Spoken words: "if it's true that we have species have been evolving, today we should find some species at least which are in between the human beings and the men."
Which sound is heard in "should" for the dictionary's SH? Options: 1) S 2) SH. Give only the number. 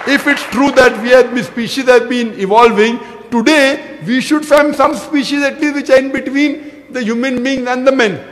2